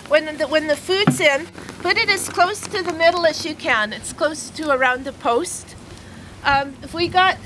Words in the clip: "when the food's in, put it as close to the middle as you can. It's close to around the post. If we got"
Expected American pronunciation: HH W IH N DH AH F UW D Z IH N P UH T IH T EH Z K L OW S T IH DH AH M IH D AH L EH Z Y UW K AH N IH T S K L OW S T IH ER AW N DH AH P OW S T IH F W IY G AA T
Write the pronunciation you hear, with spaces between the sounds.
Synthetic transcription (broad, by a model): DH W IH N DH AH F UW D Z IH N B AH T IH T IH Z K L OW S T IH DH AH M IH D L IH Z Y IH K AH N IH T S K L OW S T IH ER AW N DH AH P OW S T IH F W IY G AA T